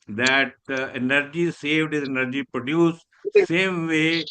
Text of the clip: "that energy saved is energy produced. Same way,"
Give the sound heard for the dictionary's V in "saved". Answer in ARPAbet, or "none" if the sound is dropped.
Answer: V